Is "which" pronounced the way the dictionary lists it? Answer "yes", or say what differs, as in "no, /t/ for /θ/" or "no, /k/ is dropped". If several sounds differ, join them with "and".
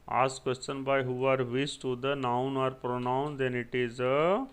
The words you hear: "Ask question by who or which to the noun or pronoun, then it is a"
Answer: no, /s/ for /tʃ/